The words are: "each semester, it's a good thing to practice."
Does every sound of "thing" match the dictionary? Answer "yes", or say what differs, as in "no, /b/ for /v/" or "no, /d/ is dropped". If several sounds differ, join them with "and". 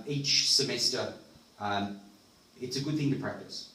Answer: yes